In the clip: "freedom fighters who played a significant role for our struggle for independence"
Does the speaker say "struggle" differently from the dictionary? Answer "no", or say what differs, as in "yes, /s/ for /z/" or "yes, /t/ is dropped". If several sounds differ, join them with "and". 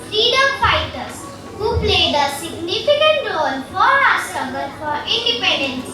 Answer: yes, /ɹ/ is dropped